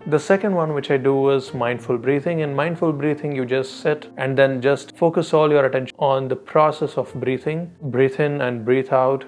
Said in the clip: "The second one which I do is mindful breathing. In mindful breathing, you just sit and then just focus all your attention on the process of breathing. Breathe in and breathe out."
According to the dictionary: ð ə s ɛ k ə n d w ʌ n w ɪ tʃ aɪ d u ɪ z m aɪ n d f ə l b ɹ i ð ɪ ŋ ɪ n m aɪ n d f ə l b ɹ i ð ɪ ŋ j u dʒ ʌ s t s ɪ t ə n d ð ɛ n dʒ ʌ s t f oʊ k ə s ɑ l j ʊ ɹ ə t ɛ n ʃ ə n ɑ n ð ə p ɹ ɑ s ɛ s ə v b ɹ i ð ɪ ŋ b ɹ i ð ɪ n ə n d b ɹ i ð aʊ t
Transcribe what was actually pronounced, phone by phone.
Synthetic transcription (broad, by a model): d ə s ɛ k ə n d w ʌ n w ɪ tʃ aɪ d u ɪ z m aɪ n d f ə l b ɹ i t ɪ ŋ ɪ n m aɪ n d f ə l b ɹ i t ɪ ŋ j u dʒ ʌ s t s ɪ t ə n d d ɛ n dʒ ʌ s t f oʊ k ə s ɑ l j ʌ ɹ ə t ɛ n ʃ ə ɑ n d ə p ɹ ɑ s ɛ s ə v b ɹ i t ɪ ŋ b ɹ i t ɪ n ə n d b ɹ i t aʊ t